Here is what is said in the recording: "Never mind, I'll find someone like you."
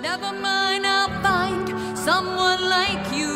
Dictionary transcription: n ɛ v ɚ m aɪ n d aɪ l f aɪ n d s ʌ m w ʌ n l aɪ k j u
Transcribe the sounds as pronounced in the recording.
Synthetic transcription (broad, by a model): n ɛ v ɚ m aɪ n aɪ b aɪ n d s ʌ m w ʌ n l aɪ k j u